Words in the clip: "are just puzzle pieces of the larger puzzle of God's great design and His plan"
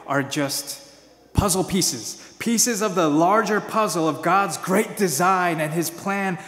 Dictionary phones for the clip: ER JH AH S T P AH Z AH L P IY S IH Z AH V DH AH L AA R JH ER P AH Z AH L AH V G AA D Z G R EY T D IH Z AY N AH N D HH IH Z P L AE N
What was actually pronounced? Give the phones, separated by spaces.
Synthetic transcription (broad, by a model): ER JH AH S T P AH Z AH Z P IY S IH Z AH V DH AH L AA R JH ER P AH Z L AH V G AA D Z G R EY T D IH Z AY N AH N IH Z P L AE N